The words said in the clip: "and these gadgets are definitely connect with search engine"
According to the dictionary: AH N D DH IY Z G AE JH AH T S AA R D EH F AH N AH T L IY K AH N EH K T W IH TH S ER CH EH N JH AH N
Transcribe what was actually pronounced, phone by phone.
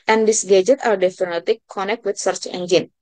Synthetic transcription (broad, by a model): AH N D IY S G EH JH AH T AA R D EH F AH N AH T IY K AH N EH K T W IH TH S ER CH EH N JH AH N